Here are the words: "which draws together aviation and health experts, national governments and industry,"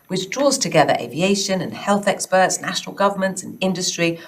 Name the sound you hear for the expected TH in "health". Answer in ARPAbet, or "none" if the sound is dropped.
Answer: TH